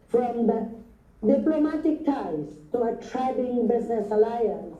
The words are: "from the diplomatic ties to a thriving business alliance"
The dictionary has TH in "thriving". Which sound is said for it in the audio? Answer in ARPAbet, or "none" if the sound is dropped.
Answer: T